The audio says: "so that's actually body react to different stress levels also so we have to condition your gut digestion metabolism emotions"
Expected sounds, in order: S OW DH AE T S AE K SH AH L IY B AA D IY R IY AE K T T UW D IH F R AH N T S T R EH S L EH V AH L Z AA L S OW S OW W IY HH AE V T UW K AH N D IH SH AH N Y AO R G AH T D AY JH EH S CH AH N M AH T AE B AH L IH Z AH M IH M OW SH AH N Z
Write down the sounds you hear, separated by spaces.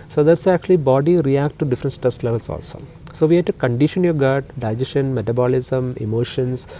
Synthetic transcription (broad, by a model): S OW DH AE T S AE K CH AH L IY B AA D IY R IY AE K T T UW D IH F R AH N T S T EH S L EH V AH L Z AA L S OW S OW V IY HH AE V T UW K AH N D IH SH AH N Y AO R G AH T D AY JH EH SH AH N M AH T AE B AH L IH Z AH M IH M OW SH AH N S